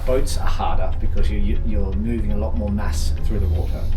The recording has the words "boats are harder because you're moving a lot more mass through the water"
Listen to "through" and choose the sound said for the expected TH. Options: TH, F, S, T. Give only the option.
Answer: TH